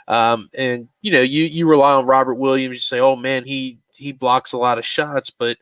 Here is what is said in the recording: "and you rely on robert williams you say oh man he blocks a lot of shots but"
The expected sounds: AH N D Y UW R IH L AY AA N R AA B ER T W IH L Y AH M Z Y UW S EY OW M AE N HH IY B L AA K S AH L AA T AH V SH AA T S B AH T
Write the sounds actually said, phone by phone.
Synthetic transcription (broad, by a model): AH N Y Y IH R IH L AY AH N R AA B ER T W IH L Y AH M Z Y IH S EY OW M AE N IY IY B L AA K S AH L AA T AH V SH AA T S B AH T